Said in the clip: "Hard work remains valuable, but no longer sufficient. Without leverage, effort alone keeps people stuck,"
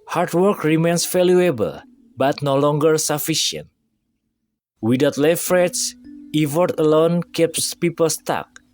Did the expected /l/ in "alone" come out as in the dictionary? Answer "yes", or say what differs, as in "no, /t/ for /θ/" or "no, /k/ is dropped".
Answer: yes